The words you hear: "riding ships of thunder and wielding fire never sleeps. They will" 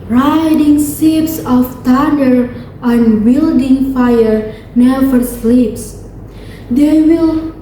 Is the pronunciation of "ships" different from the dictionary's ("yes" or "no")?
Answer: yes